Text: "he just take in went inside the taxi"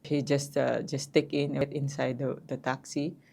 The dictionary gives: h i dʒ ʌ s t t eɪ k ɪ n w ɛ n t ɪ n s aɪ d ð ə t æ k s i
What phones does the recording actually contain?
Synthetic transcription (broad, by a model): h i dʒ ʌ s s t eɪ k ɪ n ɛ t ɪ n s aɪ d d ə t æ k s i